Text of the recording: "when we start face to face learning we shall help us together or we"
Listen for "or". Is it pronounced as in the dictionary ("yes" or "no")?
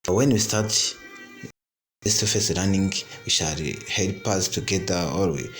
no